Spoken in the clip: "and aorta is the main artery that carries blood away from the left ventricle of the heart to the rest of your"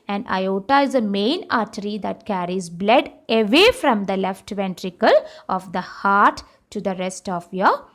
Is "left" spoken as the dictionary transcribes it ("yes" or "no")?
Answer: yes